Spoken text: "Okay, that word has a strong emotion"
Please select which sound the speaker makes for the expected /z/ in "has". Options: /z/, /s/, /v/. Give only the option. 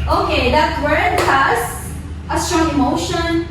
/s/